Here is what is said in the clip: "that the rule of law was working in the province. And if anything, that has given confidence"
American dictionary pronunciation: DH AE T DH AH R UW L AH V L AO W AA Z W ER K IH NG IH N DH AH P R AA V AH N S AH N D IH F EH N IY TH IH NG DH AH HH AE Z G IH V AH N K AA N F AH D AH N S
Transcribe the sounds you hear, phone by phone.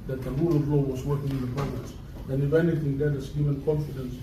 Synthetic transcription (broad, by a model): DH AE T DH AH R UW L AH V L AO W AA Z W ER K IH NG IH N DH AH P AA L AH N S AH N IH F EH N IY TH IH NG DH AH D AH S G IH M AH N K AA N F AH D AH N S